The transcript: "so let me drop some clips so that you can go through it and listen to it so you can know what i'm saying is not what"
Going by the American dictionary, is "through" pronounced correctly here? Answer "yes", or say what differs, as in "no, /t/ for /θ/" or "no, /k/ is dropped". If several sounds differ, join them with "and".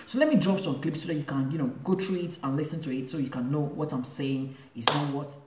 no, /t/ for /θ/